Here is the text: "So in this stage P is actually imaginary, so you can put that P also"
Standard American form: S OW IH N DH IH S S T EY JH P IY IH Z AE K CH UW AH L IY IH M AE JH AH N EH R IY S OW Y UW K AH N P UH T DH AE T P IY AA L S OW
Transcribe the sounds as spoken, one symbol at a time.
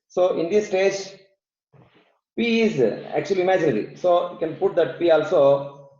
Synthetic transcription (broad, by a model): S OW IH N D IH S S T EY JH P IY IH Z AE K CH UW AH L IY M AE JH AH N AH L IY S OW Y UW K AH N P UH T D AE T P IY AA L S OW